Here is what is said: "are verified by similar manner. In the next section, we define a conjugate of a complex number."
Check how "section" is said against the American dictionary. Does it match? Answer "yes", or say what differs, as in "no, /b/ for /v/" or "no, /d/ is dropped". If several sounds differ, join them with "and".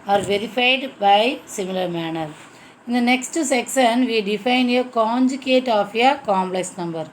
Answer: no, /s/ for /ʃ/